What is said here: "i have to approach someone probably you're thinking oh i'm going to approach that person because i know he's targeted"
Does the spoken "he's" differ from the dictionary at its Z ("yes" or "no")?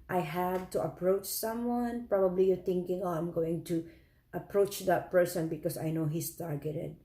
yes